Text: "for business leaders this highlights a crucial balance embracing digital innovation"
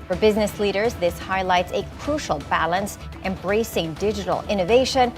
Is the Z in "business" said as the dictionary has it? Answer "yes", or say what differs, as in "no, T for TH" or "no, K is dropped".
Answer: yes